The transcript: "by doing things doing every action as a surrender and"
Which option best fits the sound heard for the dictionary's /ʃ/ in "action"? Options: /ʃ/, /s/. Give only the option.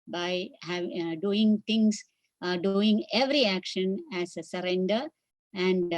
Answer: /ʃ/